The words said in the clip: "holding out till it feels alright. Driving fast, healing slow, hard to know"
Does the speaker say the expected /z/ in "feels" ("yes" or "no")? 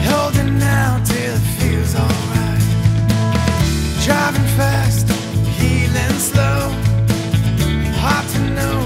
yes